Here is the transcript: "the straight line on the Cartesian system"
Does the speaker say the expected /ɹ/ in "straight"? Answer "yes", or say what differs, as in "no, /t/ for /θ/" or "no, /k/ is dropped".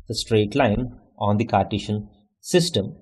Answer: yes